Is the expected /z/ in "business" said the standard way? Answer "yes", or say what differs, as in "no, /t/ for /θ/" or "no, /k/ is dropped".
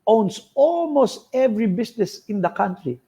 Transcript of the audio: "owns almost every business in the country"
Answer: no, /s/ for /z/